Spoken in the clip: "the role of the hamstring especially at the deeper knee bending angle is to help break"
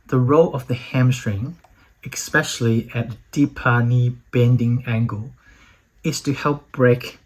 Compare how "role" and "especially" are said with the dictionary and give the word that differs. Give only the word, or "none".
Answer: none